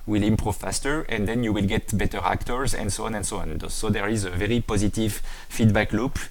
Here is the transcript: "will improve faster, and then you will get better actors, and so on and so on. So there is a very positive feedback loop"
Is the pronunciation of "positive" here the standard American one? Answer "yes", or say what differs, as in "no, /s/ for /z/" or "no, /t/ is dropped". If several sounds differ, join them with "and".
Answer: yes